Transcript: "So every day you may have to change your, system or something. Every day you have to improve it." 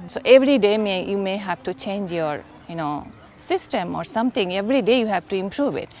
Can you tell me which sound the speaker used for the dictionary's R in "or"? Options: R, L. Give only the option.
R